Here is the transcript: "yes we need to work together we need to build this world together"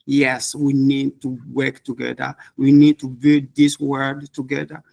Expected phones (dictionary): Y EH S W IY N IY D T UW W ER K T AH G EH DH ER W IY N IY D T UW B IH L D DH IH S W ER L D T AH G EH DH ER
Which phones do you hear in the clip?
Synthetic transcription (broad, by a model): Y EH S W IY N IY D T UW W ER K T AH G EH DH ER W IY N IY D T UW B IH L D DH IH S W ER D T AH G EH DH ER